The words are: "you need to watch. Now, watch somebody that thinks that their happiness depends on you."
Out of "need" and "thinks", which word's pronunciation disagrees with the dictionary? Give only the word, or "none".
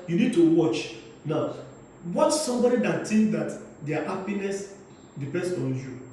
thinks